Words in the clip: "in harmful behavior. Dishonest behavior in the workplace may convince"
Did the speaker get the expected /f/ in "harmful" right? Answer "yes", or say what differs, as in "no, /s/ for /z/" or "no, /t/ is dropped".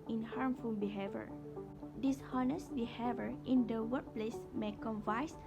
yes